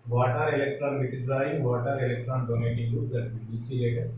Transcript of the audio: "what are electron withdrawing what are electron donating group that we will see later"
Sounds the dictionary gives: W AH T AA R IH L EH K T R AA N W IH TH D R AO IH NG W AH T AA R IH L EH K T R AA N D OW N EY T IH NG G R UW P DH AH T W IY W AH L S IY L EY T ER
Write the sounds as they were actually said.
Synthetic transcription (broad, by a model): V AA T AA R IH L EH K T R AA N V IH T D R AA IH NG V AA T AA R IH L EH K T R AA N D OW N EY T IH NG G UW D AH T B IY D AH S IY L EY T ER